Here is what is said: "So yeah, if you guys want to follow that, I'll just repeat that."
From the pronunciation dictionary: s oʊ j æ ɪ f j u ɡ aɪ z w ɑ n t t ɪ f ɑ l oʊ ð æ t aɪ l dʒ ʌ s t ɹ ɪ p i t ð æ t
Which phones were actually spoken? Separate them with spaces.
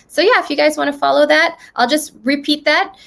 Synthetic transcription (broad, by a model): s oʊ j æ ɪ f j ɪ ɡ aɪ z w ɑ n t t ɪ f ɑ l oʊ ð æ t aɪ l dʒ ʌ s t ɹ ɪ p i t ð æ t